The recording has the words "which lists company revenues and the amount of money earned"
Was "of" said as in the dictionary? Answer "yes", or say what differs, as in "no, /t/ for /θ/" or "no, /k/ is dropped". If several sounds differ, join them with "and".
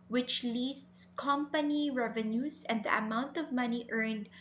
yes